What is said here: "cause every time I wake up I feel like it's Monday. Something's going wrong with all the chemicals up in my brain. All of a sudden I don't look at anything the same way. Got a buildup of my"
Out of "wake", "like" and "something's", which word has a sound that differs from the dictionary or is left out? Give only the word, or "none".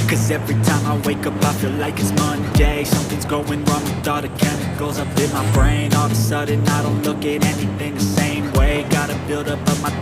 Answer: none